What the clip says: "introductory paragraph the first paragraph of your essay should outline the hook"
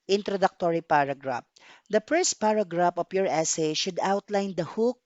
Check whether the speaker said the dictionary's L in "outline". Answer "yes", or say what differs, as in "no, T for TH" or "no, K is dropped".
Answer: yes